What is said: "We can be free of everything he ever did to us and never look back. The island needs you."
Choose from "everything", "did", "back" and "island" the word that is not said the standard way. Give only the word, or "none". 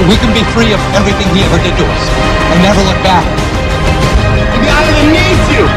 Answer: island